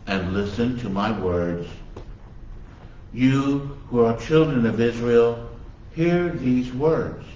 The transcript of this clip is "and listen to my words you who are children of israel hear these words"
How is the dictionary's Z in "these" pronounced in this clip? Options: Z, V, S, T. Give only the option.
Z